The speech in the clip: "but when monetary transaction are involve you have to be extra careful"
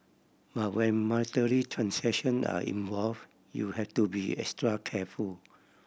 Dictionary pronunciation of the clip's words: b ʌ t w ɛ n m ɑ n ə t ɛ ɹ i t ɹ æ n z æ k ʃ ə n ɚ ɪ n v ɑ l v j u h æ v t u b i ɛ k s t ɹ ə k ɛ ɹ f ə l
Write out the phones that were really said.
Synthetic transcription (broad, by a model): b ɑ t w ɛ n m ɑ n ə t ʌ ɹ i t ɹ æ n s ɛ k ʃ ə n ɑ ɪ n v ɑ l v j u h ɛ f t u b i ɛ k s t ɹ ə k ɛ f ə l